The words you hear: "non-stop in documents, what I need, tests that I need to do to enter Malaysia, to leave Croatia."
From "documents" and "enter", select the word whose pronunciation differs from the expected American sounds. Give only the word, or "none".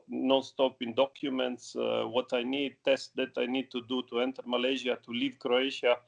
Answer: none